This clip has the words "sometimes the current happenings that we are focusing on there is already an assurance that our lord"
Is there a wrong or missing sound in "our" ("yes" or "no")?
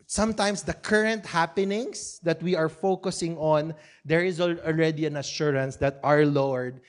no